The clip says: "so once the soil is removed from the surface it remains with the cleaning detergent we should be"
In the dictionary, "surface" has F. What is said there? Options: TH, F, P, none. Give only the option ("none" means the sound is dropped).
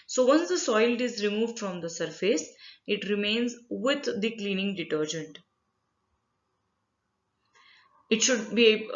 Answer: F